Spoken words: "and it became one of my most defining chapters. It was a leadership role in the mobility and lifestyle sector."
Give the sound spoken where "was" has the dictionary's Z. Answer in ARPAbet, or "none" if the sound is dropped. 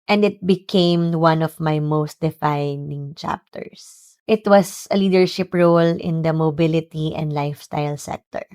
S